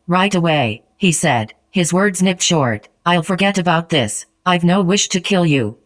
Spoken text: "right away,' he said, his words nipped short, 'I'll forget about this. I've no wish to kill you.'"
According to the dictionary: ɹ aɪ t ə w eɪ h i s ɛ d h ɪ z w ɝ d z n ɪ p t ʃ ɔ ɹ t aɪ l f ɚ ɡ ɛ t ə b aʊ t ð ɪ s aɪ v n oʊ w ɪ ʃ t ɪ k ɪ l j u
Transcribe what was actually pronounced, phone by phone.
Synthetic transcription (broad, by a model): ɹ aɪ t ə w eɪ h i s ɛ d h ɪ z w ɝ d z n ɪ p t ʃ ɔ ɹ t aɪ l f ɚ ɡ ɛ t ə b aʊ t ð ɪ s aɪ v n oʊ w ɪ ʃ t ɪ k ɪ l j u